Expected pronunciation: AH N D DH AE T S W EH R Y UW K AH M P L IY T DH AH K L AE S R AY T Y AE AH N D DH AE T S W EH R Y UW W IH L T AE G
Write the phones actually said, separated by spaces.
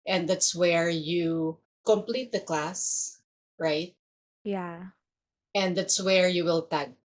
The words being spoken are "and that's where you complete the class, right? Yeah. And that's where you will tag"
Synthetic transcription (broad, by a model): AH N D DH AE T S W EH R Y UW K AH M P L IY T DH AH K L AE S R AY T Y AE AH N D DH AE T S W EH R Y UW W IH L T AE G